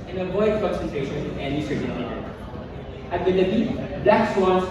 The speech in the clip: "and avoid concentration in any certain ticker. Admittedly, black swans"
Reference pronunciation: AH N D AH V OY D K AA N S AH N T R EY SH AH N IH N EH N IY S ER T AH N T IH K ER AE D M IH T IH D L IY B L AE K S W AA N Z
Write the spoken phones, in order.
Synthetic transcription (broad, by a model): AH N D AH V OY D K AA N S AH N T EY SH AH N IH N EH N IY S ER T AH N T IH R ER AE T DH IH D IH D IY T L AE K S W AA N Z